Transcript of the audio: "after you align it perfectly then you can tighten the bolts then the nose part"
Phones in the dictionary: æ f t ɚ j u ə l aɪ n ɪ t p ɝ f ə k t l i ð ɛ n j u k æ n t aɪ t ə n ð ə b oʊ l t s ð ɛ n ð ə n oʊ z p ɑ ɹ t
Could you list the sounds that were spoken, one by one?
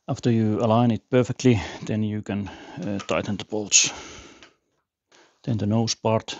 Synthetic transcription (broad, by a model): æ f t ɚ j u ə l aɪ n ɪ t p ɝ f ə k t l i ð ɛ n j u k æ n t aɪ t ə n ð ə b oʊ l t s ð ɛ n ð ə n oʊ s p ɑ ɹ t